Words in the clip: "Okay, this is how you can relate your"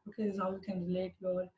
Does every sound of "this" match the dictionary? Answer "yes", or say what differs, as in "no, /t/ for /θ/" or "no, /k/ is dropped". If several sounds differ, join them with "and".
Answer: no, /s/ is dropped